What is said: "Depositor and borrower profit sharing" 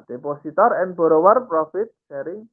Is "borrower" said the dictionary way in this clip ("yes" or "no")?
yes